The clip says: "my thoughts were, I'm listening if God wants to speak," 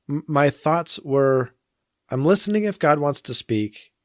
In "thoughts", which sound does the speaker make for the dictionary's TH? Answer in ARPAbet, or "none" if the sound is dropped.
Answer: TH